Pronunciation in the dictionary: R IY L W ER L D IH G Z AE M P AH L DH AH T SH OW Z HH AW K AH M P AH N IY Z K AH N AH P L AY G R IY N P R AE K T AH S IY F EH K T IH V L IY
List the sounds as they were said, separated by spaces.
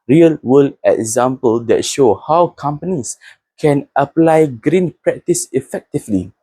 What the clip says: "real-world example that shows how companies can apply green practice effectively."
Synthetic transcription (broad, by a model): R IY L W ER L IH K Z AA M P AH L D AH T SH OW HH AW K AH M P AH N IY S K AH N AH P L AY G R IY N P R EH K T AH S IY F EH K T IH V L IY